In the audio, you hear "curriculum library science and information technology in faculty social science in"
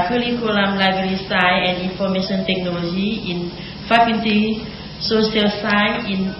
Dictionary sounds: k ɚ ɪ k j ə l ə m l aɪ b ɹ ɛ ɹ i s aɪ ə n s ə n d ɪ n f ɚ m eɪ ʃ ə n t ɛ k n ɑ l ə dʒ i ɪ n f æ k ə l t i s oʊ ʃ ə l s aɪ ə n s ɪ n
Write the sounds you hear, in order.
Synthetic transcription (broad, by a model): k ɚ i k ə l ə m l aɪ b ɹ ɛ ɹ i s aɪ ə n ə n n f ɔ m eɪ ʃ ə n t ɛ k n ɑ l ə dʒ i ɪ n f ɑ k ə n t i s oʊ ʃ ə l s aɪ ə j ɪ n